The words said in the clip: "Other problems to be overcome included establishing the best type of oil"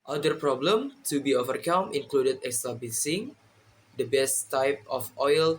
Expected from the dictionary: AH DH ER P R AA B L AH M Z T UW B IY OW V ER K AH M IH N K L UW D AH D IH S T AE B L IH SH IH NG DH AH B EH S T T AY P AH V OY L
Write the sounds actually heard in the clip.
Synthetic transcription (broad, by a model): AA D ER P R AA B L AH M T UW B IY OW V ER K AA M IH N K L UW D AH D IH S T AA B L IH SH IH NG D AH B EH S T T AY P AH F OY L